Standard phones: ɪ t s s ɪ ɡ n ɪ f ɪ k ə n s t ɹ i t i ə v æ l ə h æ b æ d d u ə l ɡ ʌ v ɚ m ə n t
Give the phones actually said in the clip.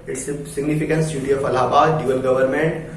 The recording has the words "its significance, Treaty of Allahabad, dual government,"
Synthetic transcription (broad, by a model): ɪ t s s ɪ ɡ n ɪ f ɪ k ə n s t i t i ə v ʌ l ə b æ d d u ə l ɡ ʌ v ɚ m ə n t